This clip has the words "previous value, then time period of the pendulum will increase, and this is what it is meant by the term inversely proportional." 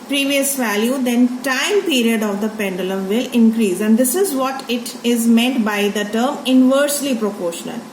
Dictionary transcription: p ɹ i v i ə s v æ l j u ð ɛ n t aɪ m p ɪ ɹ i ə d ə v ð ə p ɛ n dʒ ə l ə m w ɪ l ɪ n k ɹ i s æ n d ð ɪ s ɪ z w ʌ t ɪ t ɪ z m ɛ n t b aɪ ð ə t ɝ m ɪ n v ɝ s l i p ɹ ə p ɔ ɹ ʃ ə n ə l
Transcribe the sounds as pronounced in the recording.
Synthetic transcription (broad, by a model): p ɹ i v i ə s v æ l j u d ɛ n t aɪ m p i ɹ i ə d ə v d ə p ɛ n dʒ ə l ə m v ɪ l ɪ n k ɹ i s æ n d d ɪ s ɪ z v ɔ t ɪ t ɪ z m ɛ n t b aɪ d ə t ɝ m ɪ n v ɝ s l i p ɹ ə p ɔ ɹ ʃ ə n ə l